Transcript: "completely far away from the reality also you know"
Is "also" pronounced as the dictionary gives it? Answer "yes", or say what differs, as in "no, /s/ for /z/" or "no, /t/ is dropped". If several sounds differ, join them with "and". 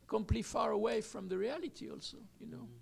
yes